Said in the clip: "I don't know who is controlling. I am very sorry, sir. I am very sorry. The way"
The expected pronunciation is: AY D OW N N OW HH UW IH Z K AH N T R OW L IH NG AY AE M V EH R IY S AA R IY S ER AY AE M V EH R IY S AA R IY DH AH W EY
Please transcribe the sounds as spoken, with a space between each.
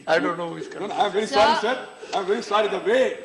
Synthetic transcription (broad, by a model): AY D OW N N OW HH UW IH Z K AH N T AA IH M V EH R IY S AA R IY S ER AY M V EH R IY S AA R IY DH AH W EY